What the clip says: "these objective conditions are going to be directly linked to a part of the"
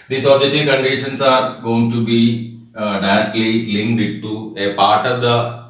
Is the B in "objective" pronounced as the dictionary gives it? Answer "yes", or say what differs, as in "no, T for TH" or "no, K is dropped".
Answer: no, B is dropped